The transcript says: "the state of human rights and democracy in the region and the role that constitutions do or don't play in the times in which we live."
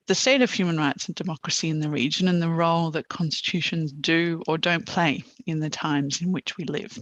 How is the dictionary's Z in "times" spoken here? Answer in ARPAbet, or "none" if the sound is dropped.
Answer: Z